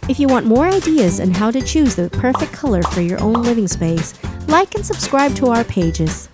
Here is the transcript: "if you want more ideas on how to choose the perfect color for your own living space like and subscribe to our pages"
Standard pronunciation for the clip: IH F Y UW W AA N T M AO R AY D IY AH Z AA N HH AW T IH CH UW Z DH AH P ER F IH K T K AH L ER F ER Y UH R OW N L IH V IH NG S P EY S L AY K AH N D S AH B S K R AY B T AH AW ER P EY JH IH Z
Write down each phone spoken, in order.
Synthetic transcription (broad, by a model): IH F Y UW W AA N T M AO R AY D IY AH Z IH N HH AW T IH CH UW Z DH AH P ER F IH K K AH L ER F ER Y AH R OW N L IH V IH NG S P EY S L AY K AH N S AH B S K R AY B T AH AW ER P EY JH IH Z